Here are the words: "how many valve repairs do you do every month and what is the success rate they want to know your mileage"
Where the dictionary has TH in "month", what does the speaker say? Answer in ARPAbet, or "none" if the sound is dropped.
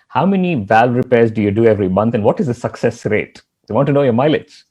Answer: T